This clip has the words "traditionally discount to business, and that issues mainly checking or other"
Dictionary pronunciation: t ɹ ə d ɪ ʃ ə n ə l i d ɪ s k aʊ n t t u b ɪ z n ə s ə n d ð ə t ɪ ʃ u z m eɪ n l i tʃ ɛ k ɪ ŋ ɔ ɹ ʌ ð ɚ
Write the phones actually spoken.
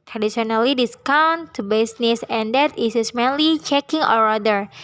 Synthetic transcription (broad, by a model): t ɹ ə d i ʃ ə n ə l i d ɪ s k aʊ n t t u b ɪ s n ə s ə n d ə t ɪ s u s m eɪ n l i tʃ ɛ k ɪ ŋ ɔ ɹ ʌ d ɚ